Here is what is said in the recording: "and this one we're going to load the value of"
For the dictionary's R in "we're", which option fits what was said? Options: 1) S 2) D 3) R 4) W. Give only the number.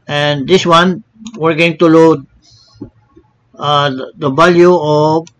3